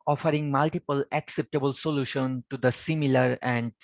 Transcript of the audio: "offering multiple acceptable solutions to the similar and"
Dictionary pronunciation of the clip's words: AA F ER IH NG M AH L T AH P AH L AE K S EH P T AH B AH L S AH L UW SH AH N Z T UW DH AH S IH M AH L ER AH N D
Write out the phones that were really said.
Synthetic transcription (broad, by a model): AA F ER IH NG M AH L T AH P AH L AE K S EH P T AH B AH L S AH L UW SH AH N T UW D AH S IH M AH L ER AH N D